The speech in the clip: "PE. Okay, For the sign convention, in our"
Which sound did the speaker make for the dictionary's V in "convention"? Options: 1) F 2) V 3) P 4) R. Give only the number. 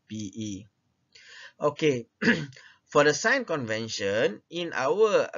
2